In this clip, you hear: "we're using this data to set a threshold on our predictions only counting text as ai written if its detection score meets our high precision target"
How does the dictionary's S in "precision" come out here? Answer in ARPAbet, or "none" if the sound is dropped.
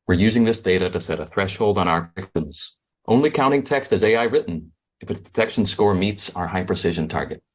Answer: S